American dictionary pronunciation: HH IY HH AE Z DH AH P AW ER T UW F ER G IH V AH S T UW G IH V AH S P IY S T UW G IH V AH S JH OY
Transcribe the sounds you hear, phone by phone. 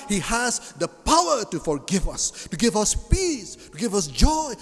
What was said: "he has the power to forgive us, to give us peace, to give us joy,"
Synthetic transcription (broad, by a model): HH IY HH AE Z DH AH P AW ER T UW F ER G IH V AH S T UW G IH V AH S P IY S T UW G IH V AH S JH OY